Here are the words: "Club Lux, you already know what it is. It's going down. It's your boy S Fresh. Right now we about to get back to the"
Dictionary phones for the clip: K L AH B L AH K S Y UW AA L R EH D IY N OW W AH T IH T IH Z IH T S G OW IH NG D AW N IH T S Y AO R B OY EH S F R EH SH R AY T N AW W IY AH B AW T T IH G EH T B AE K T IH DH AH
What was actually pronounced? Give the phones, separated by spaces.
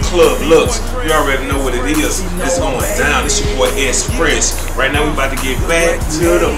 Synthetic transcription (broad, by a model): K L AH B L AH K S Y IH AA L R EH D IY N OW W AH T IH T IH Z IH T S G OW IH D AW N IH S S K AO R EH S P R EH S R AY T N AW W IY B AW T T IH G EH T B AE K T IH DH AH